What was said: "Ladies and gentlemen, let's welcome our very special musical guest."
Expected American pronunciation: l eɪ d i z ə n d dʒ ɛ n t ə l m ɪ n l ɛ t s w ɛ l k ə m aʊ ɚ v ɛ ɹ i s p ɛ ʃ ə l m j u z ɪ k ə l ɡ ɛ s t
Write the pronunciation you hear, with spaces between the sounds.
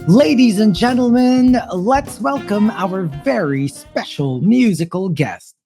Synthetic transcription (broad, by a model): l eɪ d i z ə n dʒ ɛ n t l m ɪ n l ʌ t s w ɛ l k ə m aʊ ɚ v ɛ ɹ i s p ɛ ʃ l m j u z ɪ k ə l ɡ ɛ s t